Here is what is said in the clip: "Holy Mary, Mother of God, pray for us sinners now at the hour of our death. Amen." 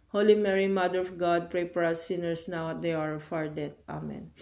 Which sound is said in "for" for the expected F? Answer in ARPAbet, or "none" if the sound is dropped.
P